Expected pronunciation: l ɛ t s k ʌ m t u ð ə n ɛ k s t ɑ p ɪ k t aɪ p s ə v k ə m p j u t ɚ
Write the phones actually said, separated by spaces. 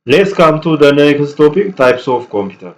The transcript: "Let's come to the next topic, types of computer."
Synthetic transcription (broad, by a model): l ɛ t s k ʌ m t u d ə n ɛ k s t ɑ p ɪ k t aɪ p s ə f k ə m p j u t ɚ